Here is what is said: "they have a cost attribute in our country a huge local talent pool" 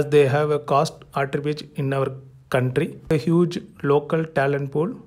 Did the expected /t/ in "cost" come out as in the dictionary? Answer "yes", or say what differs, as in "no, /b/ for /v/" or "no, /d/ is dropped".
yes